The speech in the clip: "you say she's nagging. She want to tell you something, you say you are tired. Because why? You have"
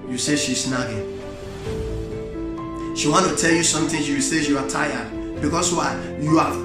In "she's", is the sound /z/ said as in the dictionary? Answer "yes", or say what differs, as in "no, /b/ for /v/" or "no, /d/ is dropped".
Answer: no, /s/ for /z/